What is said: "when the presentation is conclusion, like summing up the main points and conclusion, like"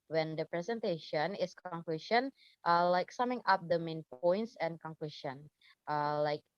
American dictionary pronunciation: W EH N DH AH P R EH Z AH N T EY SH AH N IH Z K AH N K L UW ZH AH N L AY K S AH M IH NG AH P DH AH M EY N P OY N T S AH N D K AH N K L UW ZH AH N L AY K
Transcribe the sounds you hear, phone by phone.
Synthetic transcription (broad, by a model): W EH N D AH P R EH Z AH N T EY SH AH N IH S K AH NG K L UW SH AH N L AY K S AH M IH NG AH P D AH M EY N P OY N T S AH N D K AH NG K L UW SH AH N L AY K